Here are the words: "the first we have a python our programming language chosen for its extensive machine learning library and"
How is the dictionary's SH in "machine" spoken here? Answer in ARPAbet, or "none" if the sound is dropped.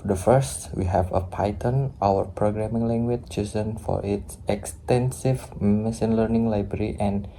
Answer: S